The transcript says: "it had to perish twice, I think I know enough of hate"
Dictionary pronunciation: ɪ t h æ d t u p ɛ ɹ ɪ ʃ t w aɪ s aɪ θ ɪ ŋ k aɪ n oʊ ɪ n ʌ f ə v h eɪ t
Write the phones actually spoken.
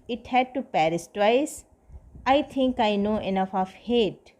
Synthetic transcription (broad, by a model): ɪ t h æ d t u p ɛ ɹ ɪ s t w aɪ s aɪ t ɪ ŋ k aɪ n oʊ ɪ n ʌ f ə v h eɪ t